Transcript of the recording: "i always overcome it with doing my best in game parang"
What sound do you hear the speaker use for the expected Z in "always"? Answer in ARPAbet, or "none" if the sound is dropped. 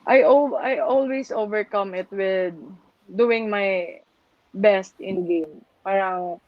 S